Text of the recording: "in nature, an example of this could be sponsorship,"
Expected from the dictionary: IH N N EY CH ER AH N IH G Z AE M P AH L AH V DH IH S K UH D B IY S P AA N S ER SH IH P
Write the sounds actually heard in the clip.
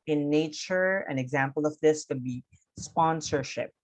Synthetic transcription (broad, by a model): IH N N EY CH ER AH N IH G Z AE M P AH L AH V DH IH S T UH B IY S P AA N S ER SH IH P